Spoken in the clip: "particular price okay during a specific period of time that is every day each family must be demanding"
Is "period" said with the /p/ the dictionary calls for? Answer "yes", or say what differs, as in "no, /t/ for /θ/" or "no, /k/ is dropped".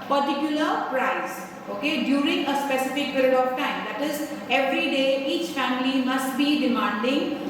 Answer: no, /b/ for /p/